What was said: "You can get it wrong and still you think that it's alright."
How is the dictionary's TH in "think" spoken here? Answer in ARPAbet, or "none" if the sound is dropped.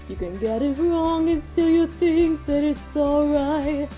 TH